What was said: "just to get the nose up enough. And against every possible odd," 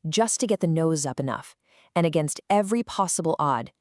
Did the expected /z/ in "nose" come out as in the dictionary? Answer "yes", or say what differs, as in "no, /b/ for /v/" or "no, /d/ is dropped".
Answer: yes